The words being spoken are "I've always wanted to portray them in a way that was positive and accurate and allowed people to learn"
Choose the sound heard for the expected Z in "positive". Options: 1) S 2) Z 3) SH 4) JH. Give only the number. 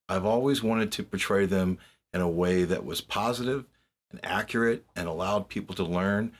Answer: 2